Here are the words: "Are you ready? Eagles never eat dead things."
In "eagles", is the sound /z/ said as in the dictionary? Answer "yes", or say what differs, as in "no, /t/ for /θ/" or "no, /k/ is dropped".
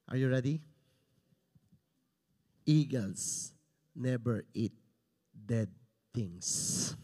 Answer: no, /s/ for /z/